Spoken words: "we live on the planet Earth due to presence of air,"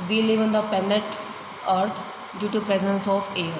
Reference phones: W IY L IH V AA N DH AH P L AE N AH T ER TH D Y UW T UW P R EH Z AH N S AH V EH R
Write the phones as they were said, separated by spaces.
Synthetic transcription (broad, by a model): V IY L IH V AA N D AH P EH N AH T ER T D Y UW T UW P R EH Z AH N S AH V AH R